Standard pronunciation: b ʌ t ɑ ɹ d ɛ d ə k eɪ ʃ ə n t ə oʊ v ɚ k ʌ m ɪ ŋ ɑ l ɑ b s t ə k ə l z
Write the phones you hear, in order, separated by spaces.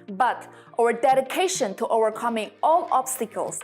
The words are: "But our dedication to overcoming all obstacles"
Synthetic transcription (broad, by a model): b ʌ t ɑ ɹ d ɛ d ə k eɪ ʃ ə n t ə oʊ v ɚ k ʌ m ɪ ŋ ɑ l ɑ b s t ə k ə l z